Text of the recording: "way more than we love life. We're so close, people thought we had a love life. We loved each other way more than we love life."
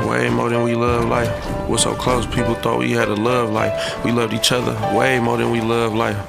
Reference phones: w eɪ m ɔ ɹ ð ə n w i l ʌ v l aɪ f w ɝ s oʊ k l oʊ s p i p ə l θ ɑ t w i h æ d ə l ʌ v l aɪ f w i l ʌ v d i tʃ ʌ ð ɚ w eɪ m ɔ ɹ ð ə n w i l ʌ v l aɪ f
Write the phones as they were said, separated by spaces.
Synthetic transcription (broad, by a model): w eɪ m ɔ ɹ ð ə n w i l ʌ v l aɪ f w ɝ s oʊ k l oʊ s p i p l θ ɑ t w i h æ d ə l ʌ v l aɪ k w i l ʌ v d i tʃ ʌ ð ɚ w eɪ m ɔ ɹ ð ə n w i l ʌ v l aɪ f